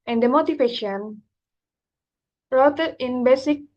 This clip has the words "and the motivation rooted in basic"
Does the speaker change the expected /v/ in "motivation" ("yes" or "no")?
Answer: yes